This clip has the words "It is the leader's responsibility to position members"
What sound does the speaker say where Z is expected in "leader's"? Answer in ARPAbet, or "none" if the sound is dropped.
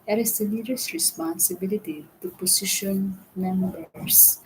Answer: S